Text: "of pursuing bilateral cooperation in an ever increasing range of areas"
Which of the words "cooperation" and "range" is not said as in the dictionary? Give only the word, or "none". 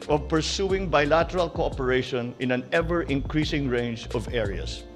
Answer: none